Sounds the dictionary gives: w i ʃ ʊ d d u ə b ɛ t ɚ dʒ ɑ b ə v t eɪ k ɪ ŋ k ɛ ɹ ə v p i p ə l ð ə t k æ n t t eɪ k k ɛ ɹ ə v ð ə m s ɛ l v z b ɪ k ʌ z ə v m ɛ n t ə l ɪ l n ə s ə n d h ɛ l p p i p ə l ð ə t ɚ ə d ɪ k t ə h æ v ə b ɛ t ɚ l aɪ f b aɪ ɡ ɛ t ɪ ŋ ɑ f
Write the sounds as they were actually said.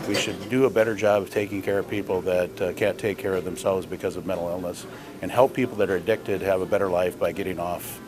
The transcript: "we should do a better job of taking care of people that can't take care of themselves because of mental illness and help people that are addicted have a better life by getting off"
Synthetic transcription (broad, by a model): w i ʃ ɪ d d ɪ ə b ɛ t ɚ dʒ ɑ b ə v t eɪ k ɪ ŋ k ɛ ɹ ə v p i p l ð ə t k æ n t t eɪ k k ɛ ɹ ə v ð ə m s ɛ l v z b ɪ k ʌ z ə v m ɛ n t l ɪ l n ə s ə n h ɛ l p p i p l ð ə t ɚ ə d ɪ k t ə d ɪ v ə b ɛ t ɚ l aɪ f b aɪ ɡ ɛ t ɪ ŋ ɑ f